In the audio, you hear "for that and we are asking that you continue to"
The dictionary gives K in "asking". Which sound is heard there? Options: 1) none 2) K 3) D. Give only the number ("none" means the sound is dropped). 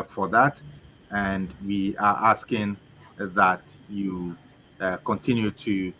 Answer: 2